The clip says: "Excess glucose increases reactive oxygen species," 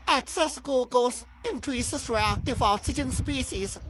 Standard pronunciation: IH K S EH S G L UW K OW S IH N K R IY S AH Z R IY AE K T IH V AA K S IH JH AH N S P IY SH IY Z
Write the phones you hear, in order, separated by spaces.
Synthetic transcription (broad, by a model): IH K S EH S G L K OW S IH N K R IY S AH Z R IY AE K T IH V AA S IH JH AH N S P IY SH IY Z